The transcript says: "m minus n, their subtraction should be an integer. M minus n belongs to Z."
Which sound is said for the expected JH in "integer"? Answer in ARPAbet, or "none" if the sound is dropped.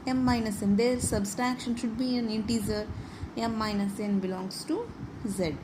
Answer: Z